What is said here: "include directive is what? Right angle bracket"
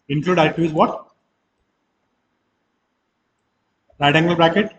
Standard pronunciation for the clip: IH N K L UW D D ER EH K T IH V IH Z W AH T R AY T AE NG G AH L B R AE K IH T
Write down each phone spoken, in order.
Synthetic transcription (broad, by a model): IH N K L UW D D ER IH T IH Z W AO T R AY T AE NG G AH L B R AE K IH T